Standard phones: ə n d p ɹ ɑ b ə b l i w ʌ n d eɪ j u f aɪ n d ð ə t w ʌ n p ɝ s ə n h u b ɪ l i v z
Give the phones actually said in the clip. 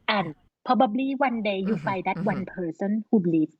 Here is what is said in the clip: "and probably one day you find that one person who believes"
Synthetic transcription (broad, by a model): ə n p ɑ b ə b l i w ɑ n d eɪ j u f aɪ d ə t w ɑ n p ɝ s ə n h u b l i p